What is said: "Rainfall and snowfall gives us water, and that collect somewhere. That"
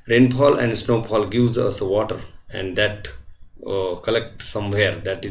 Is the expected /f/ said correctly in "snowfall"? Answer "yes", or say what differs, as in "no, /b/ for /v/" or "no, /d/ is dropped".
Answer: no, /p/ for /f/